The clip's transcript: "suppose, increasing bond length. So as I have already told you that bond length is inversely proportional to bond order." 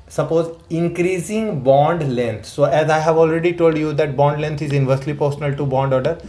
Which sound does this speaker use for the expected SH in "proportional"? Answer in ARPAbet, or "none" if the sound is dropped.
S